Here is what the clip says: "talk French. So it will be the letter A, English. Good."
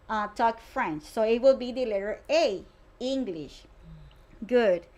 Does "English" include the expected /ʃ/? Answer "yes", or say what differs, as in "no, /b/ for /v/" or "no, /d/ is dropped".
yes